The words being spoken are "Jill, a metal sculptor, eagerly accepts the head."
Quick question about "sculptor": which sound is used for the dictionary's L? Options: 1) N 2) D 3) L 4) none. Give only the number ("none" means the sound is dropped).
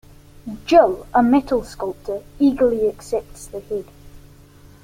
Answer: 3